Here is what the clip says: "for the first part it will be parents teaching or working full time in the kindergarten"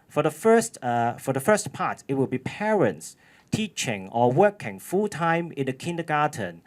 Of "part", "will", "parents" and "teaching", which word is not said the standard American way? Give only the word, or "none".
part